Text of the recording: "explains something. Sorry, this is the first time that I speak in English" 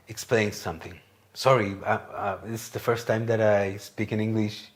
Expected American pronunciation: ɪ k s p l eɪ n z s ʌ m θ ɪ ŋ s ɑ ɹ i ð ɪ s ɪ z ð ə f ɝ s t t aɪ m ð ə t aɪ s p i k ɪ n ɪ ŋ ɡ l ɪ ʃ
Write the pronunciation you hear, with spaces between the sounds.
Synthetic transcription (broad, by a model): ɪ k s p l eɪ n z s ʌ m θ ɪ ŋ s ɑ ɹ i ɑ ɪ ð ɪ s ð ə f ɝ s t t aɪ m ð ə t aɪ s p i k ɪ n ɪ ŋ ɡ l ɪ ʃ